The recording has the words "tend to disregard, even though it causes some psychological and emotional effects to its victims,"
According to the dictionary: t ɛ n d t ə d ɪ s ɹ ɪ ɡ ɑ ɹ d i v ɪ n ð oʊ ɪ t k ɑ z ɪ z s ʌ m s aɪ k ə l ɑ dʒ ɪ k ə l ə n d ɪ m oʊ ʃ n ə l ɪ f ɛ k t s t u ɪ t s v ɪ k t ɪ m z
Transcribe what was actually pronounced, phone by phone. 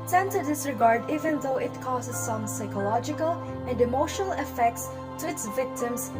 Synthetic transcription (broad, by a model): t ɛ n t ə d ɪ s ɹ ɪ ɡ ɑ ɹ d i v ɪ n ð oʊ ɪ t k ɑ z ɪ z s ʌ m s aɪ k ə l ɑ dʒ ɪ k ə l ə n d ɪ m oʊ ʃ n ə l ɪ f ɛ k t s t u ɪ t s v ɪ k t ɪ m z